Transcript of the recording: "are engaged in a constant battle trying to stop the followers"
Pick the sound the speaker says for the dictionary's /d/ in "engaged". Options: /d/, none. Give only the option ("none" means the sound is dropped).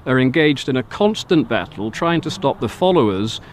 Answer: /d/